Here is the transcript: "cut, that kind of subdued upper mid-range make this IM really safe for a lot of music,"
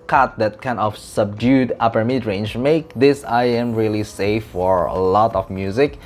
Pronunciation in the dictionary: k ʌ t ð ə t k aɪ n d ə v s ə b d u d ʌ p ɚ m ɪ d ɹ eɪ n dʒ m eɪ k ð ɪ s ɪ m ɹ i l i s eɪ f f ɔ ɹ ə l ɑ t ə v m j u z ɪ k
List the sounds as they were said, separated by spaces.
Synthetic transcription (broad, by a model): k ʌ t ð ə t k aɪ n ə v s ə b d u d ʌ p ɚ m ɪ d ɹ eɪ n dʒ m eɪ k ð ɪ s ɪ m ɹ i l i s eɪ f f ɔ ɹ ə l ɑ t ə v m j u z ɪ k